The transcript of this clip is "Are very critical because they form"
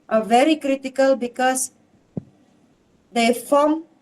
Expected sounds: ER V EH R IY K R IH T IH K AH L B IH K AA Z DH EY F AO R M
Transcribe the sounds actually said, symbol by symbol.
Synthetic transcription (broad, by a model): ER V EH R IY K R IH T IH K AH L B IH K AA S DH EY F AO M